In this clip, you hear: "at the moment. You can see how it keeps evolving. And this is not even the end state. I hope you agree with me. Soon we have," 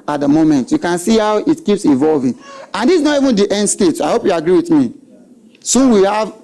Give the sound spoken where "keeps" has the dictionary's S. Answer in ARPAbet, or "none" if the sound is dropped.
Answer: S